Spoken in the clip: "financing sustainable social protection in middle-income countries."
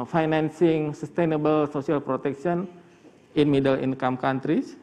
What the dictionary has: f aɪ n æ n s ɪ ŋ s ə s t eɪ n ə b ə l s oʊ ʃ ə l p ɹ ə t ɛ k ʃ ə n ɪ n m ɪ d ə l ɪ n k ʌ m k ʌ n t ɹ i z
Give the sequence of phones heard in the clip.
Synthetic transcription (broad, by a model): f aɪ n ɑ n s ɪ ŋ s ə s t eɪ n ə b ə l s oʊ s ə l p ɹ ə t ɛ k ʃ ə n ɪ n m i d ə l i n k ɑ m k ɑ n t ɹ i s